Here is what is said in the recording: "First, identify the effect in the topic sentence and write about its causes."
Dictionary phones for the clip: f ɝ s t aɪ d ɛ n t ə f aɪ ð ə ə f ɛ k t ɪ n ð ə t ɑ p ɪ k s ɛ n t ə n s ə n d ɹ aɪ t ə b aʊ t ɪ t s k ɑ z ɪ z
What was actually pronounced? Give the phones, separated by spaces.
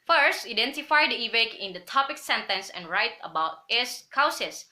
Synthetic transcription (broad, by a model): f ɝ s t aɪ d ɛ n t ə f aɪ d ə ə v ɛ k ɪ n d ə t ɑ p ɪ k s ɛ n t ə n s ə n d ɹ aɪ t ə b aʊ t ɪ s k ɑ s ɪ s